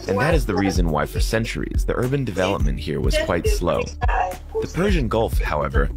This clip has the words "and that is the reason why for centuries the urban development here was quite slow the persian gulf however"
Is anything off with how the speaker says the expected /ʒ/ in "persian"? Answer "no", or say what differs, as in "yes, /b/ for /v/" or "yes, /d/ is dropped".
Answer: no